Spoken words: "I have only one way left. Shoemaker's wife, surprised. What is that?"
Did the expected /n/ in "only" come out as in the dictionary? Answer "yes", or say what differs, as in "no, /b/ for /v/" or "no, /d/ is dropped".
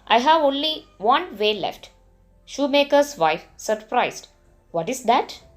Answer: yes